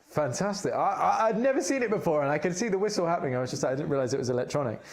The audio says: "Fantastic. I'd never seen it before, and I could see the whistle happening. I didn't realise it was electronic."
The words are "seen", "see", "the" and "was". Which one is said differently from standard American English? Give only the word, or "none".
none